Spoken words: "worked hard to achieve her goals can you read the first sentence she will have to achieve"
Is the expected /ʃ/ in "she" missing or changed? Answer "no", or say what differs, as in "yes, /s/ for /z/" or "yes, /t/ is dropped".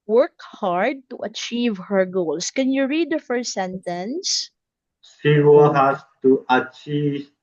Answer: yes, /s/ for /ʃ/